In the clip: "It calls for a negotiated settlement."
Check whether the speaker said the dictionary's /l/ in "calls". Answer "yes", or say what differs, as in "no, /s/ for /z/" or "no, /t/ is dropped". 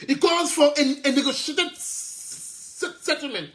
no, /l/ is dropped